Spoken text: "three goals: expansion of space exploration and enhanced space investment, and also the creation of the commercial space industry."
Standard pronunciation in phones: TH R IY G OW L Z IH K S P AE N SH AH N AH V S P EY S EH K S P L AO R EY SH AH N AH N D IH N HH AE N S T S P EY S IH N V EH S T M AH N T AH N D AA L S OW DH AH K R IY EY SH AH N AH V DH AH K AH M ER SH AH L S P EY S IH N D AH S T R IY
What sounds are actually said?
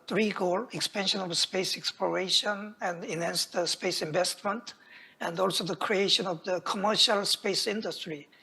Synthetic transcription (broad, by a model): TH R IY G OW L IH K S P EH N SH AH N AH V S P EY S EH K S P L AO R EY SH AH N AH N D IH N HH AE N S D S P EY S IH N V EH S T M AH N T AH N D AA L S OW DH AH K R IY EY SH AH N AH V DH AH K AH M ER SH AH L S P EY S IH N D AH S T R IY